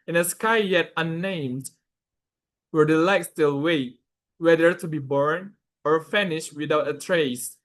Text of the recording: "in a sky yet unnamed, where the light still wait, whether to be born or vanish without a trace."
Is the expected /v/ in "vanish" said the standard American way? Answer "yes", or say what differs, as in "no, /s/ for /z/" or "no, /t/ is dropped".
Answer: no, /f/ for /v/